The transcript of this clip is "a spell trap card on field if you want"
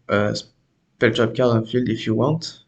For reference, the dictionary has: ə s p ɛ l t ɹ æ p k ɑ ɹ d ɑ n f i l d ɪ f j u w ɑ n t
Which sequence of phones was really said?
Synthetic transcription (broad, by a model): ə s p ɛ l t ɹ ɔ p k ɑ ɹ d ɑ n f i l d ɪ f j u w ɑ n t